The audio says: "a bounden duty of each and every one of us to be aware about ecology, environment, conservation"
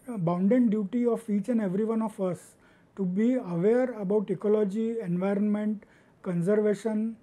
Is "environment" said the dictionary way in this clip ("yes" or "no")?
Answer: yes